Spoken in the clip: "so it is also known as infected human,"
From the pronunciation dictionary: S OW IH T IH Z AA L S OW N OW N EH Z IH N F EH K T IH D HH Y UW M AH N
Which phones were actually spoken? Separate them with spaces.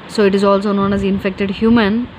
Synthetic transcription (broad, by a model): S OW IH T IH Z AA L S OW N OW N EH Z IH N F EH K T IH D HH Y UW M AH N